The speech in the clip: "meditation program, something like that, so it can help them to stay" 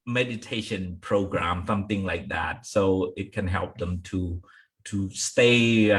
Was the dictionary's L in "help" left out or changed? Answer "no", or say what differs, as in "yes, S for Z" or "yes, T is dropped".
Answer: no